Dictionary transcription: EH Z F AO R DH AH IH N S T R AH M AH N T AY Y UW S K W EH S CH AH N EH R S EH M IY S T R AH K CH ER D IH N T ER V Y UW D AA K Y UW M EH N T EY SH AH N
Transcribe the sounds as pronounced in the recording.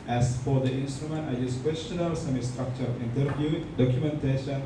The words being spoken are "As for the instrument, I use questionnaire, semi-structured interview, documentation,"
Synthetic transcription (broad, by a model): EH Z F AO R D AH IH N S T R AH M AH N T AY Y UW S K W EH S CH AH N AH L S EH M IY S T R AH K CH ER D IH N T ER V Y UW D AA K Y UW M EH N T EY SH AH N